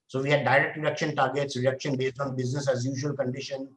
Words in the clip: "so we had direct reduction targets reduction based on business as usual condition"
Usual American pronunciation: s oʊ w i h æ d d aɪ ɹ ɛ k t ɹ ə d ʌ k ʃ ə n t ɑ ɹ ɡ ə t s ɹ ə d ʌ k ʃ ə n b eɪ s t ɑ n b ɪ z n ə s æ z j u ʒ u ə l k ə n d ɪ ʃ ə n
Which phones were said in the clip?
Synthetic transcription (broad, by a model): s oʊ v i h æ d d aɪ ɹ ɛ k t ɹ ə d ʌ k ʃ ə n t ɑ ɹ ɡ ə t s ɹ ə d ʌ k ʃ ə n b eɪ s t ɑ n b ɪ z n ə s æ z j u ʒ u ə l k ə n d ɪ ʃ ə n